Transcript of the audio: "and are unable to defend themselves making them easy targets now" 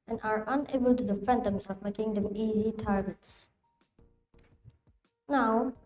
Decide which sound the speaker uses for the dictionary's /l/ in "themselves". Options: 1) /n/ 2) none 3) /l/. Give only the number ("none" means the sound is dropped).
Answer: 2